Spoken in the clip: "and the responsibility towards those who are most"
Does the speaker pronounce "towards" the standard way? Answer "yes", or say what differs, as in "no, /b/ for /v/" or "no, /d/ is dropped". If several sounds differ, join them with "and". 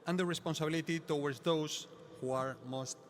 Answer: no, /w/ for /ɹ/